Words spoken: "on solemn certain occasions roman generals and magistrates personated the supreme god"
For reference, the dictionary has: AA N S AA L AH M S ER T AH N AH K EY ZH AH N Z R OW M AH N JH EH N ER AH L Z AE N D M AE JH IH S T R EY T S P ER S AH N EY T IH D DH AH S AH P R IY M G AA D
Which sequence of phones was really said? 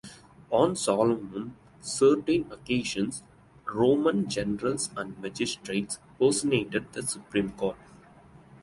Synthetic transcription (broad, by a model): AA N S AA L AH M S ER T AH N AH K EY SH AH N S R OW M AH N JH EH N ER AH L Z AE N D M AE JH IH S T R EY T S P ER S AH N EY T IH D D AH S AH P R IY M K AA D